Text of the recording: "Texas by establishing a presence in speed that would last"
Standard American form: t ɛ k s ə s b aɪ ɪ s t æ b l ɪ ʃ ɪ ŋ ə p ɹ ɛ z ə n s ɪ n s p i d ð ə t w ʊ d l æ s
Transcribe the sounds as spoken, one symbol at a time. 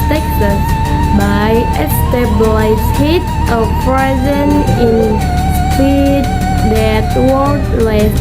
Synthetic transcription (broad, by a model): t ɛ k s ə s b aɪ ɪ s t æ b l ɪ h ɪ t ə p ɹ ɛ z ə n ɪ n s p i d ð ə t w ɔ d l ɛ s